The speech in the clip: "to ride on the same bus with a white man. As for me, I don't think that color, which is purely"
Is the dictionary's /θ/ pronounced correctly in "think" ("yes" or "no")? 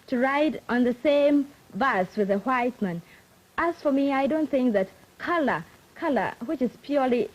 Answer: yes